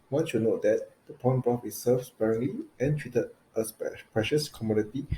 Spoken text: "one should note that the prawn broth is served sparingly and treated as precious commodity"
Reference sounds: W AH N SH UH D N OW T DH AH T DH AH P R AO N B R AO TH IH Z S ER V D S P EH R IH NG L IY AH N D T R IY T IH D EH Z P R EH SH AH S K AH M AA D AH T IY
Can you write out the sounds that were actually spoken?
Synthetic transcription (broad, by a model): W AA N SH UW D N OW T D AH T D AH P AO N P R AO F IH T S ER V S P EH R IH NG L IY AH N T R IY T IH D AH S P R EH SH AH S K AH M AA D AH T IY